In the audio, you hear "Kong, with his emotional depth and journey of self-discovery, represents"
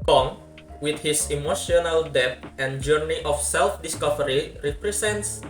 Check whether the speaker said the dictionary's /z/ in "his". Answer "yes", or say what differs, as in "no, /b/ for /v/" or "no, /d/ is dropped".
no, /s/ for /z/